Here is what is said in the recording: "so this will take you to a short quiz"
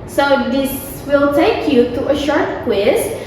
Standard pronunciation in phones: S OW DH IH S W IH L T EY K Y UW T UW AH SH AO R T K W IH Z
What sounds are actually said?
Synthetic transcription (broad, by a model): S OW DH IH S W IH L T EY K Y UW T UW AH SH AO R T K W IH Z